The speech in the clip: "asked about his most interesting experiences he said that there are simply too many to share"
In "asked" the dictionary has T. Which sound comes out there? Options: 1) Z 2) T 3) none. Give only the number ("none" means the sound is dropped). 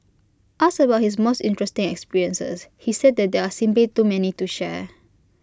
3